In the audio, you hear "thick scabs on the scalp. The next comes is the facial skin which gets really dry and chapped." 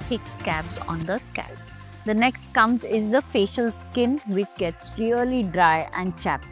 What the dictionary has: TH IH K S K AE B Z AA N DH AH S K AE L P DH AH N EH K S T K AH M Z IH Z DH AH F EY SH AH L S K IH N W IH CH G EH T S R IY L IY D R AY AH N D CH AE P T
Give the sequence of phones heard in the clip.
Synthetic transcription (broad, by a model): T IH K S K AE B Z AA N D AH S K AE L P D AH N EH K S T K AH M Z IH Z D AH F EY SH AH L S K IH N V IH CH G EH T S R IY L IY D R AY AH N D CH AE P